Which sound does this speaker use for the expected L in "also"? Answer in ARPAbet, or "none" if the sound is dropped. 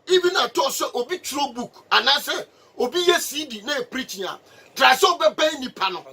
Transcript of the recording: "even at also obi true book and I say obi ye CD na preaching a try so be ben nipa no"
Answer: none